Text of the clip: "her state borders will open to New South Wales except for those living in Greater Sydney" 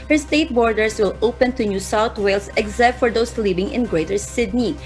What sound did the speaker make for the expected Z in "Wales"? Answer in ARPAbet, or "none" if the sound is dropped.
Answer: S